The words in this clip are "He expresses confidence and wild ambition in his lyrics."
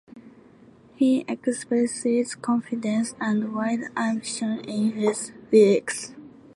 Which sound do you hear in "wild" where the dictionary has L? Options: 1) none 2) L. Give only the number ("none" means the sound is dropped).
1